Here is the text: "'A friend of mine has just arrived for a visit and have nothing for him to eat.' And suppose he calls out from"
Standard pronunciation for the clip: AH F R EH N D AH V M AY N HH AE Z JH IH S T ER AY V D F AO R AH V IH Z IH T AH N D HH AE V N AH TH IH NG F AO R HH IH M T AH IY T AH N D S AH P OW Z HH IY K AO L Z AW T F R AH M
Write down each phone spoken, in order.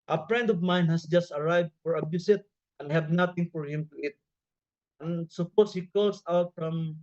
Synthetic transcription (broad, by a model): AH P R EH N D AH V M AY N HH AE S JH IH S T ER AY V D F AO R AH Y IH S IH T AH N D HH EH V N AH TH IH NG F AO R HH IH M T AH IY T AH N S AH P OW S HH IY K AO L S AW T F R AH M